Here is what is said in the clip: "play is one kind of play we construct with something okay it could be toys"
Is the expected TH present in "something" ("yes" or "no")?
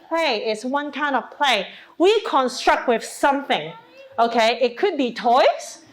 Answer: yes